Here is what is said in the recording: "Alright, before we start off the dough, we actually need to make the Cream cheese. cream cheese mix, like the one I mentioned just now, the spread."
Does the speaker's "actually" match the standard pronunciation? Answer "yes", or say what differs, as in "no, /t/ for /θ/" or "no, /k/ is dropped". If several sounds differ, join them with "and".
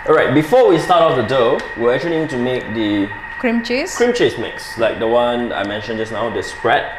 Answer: no, /l/ is dropped